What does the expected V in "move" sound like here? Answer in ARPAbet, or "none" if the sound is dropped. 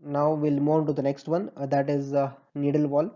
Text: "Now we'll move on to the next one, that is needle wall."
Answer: none